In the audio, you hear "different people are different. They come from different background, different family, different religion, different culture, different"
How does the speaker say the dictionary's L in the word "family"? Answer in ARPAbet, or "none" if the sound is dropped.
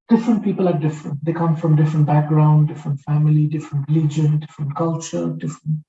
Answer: L